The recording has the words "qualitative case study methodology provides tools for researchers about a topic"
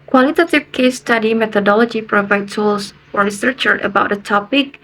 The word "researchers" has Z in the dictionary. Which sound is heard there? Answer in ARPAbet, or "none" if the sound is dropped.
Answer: none